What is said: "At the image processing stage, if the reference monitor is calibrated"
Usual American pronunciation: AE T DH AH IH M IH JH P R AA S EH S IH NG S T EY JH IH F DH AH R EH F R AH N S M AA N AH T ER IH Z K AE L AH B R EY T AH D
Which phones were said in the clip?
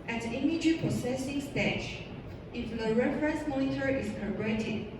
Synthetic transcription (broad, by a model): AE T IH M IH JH P AA S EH S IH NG S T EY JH IH F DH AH R EH F R AH N S M AA N AH T ER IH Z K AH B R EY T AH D